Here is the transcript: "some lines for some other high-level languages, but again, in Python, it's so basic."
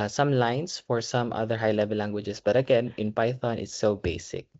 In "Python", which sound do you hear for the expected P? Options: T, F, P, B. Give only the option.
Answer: P